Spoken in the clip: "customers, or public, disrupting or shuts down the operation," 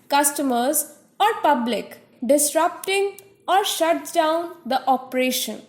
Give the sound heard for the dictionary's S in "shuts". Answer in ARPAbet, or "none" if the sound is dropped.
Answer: none